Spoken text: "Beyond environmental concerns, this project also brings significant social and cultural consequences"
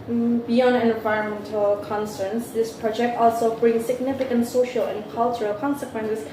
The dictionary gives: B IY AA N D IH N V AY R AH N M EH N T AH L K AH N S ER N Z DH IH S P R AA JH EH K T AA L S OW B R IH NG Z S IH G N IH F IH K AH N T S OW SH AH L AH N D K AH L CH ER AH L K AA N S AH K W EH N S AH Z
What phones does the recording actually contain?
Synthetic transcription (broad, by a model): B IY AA N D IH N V AY R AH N M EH N T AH L K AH N S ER N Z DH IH S P R AA JH EH K T AA L S OW B R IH NG S IH G N IH F IH K AH N T S OW SH AH L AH N K AH L CH ER AH L K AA N S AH K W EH N S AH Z